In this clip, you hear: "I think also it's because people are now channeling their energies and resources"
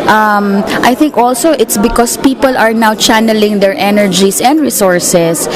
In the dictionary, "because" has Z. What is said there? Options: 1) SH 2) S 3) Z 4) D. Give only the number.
2